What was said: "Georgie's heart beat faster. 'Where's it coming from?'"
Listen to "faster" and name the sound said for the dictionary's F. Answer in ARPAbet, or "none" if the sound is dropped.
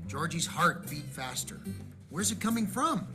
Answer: F